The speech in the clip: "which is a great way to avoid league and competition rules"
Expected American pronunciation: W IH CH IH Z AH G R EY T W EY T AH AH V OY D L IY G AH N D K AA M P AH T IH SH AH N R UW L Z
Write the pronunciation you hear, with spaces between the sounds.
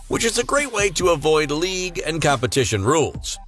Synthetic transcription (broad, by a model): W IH CH IH Z AH G R EY T W EY T AH AH V OY D L IY G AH N K AA M P AH T IH SH AH N R UW L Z